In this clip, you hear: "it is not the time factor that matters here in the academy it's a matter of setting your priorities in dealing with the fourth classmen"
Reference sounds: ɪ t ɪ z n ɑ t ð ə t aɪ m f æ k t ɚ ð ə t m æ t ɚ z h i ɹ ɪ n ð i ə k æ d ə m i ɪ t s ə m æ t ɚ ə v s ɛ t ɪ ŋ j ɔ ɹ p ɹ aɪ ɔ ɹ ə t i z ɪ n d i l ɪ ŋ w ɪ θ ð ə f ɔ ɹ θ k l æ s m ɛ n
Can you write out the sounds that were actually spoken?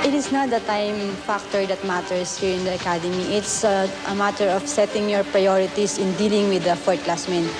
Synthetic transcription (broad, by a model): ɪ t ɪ s n ɑ t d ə t aɪ m f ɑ k t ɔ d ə t m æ t ɚ s h i ɹ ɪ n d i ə k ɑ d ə m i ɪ t s ə m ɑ t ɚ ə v s ɛ t ɪ ŋ j ɔ ɹ p ɹ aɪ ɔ ɹ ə t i s ɪ n d i l ɪ ŋ w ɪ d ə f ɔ ɹ t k l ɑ s m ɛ n